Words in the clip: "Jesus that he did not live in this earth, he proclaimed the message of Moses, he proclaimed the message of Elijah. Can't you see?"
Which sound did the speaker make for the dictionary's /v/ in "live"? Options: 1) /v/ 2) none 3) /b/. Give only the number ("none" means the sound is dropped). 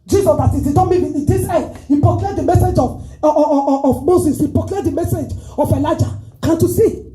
2